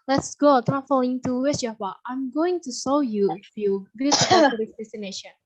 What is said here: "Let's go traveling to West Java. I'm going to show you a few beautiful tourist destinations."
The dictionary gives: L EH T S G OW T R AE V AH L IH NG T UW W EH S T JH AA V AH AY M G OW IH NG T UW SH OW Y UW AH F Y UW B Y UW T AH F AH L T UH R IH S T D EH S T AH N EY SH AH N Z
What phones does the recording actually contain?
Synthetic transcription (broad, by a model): L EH T S G OW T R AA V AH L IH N T UW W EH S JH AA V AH AY M G OW IH NG T UW S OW Y UW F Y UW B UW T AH AH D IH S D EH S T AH N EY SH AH N